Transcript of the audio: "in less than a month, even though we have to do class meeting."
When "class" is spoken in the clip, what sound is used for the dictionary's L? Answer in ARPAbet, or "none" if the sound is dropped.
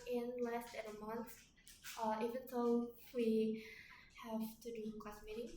none